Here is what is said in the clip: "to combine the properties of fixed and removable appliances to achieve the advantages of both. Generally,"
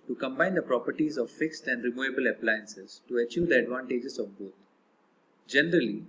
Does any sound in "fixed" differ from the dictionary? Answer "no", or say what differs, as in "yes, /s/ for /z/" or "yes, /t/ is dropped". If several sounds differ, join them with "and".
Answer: no